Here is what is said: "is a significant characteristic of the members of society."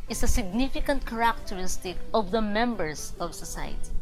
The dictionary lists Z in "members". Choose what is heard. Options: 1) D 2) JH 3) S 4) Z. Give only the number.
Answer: 3